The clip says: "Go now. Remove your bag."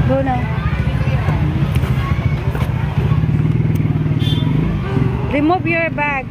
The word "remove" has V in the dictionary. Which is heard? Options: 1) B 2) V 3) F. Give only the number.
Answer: 1